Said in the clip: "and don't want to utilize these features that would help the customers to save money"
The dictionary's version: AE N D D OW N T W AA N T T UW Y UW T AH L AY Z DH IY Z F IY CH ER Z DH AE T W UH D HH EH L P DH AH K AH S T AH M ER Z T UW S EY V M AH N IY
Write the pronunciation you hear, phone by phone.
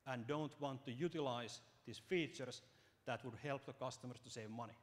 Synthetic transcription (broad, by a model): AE N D D OW N T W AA N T T UW Y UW T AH L AY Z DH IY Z F IY CH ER S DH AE T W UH D HH EH L P DH AH K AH S T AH M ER S T UW S EY V M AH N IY